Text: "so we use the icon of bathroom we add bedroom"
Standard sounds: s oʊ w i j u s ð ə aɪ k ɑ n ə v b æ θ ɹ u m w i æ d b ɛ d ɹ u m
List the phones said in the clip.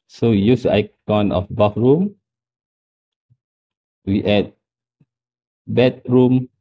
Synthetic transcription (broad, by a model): s oʊ w i j u s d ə aɪ k ɑ n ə f b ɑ f ɹ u m w i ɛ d b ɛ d ɹ u m